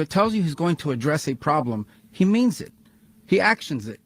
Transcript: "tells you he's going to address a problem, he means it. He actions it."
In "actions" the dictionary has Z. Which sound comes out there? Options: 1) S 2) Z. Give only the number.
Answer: 2